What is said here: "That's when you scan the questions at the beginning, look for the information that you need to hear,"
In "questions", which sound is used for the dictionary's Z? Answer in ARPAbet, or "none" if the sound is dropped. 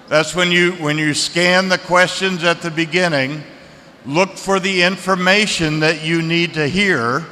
Z